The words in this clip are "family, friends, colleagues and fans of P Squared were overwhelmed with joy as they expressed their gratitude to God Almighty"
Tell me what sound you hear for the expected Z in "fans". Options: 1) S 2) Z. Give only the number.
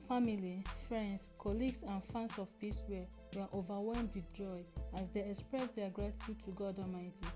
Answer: 1